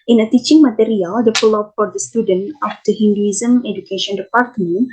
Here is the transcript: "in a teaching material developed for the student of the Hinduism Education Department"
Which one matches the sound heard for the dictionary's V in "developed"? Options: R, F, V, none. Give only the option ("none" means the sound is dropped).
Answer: F